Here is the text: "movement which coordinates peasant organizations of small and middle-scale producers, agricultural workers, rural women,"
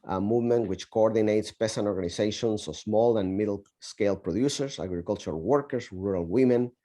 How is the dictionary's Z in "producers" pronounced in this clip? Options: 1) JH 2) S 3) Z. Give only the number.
2